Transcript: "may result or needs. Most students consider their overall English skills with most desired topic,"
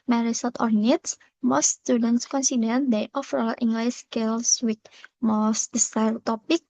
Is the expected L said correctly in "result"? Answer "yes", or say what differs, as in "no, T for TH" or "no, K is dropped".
no, L is dropped